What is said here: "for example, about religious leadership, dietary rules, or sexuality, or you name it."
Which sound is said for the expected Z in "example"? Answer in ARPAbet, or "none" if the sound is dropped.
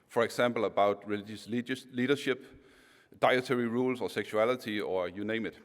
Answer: S